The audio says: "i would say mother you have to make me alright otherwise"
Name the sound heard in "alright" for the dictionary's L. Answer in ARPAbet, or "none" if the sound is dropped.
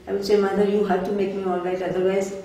L